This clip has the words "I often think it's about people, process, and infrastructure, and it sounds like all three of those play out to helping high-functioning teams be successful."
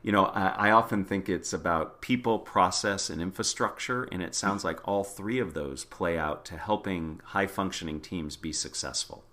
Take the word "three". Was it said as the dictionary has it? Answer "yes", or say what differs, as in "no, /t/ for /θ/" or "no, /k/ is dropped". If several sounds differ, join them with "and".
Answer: yes